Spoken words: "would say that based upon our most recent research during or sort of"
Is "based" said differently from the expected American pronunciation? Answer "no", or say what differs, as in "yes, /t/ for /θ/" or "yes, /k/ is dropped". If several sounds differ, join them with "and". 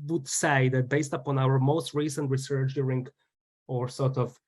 no